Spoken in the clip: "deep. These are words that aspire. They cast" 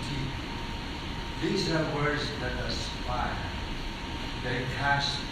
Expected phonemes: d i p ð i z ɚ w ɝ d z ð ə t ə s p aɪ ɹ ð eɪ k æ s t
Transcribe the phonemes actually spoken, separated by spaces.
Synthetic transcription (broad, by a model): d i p ð i z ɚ w ɝ d z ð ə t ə s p aɪ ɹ ð eɪ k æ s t